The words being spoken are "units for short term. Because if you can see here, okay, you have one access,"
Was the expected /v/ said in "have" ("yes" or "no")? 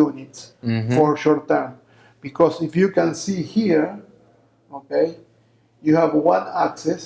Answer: yes